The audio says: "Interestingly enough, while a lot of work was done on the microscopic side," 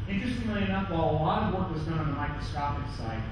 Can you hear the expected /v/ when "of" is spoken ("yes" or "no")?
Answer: yes